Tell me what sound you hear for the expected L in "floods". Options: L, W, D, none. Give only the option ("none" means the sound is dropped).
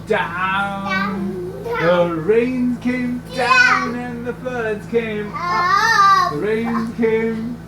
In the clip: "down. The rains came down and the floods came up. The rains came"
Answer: none